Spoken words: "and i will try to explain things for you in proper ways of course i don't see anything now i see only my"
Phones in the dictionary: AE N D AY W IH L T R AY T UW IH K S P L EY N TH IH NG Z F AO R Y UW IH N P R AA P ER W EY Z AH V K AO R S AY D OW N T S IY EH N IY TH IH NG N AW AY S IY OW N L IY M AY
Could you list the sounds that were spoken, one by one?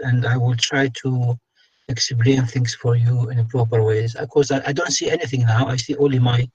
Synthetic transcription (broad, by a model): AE N D AY W IH L T R AY T UW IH K S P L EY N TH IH NG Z F AO R Y UW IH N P R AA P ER W EY Z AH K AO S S AY D OW N T S IY EH N IY TH IH NG N AW AY S IY OW N L IY M AY